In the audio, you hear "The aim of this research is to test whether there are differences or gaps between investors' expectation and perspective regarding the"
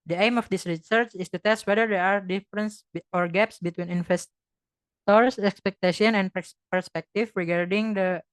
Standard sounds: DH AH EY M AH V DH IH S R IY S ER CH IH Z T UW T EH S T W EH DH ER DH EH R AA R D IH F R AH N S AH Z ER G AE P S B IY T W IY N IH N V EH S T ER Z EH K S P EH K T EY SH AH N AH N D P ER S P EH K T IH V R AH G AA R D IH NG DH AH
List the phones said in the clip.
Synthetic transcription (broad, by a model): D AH EY M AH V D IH S R IY S ER CH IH S T UW T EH S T W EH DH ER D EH R AA R D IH F R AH N S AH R G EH P S B IY T W IY N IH N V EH S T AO S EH K S P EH K T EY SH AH N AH N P P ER S P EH K T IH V R AH G AA R D IH NG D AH